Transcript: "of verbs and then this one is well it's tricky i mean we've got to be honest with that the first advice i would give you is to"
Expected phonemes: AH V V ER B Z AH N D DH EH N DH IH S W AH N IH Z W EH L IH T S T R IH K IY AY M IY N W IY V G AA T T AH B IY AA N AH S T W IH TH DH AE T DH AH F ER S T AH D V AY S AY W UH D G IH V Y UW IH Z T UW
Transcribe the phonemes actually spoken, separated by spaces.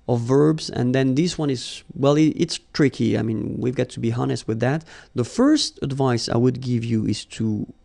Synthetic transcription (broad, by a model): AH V V ER B Z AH N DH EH N DH IH S W AH N IH Z W EH L IH T S T R IH K IY AY M IY N W IY V G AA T T AH B IY AA N AH S T W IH DH AE T DH AH F ER S T AH D V AY S AY W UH D G IH V Y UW IH Z T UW